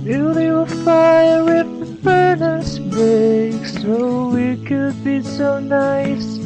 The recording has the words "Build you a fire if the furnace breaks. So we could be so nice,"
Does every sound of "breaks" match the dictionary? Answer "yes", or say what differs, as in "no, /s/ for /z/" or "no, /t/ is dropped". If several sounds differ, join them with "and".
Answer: no, /ɹ/ is dropped